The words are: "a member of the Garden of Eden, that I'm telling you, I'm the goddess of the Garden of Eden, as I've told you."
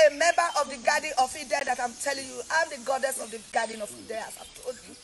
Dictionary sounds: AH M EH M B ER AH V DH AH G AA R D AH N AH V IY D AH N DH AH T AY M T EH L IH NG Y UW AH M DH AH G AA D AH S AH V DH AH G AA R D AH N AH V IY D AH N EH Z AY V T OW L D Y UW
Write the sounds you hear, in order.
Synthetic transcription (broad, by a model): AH M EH M B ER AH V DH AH G AA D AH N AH F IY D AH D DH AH T AY M T EH L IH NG Y UW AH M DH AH G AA D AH S AH V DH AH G AA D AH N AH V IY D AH AA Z AY V T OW D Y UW